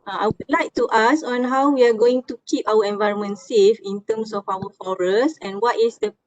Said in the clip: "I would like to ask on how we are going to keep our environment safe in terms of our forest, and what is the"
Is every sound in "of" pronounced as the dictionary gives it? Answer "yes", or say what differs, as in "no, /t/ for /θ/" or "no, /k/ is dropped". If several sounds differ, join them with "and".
no, /f/ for /v/